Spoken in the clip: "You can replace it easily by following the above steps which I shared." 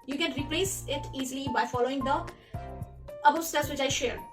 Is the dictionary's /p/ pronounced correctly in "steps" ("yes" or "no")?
no